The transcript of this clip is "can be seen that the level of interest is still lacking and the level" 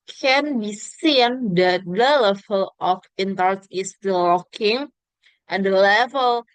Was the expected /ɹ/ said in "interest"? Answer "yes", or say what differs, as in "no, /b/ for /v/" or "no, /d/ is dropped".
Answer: no, /ɹ/ is dropped